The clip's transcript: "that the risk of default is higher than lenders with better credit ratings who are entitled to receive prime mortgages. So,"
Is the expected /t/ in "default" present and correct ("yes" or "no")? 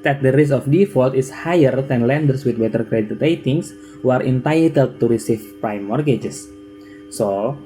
yes